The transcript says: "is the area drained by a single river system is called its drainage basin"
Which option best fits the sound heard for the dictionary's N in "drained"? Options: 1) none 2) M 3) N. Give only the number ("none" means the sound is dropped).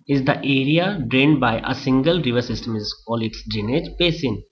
3